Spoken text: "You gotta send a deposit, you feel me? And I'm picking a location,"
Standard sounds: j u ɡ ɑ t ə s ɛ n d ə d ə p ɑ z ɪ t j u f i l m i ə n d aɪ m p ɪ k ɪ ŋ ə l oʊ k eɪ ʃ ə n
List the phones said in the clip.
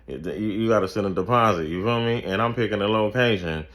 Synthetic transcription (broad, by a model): j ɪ ɡ ɑ t ə s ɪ d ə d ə p ɑ z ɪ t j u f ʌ m i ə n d aɪ m p ɪ k ɪ ŋ ə l oʊ k eɪ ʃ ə n